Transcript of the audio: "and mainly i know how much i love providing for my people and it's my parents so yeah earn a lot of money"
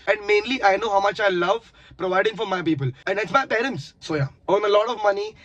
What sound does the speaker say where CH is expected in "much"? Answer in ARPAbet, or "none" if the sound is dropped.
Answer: CH